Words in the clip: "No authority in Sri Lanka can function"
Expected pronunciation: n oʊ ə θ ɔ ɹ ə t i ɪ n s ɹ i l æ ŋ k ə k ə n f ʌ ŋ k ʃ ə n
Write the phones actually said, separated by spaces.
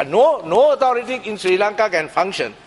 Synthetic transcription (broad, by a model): n oʊ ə t ɔ ɹ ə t i ɪ n s ɹ i l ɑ ŋ k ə k ə n f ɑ ŋ k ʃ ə n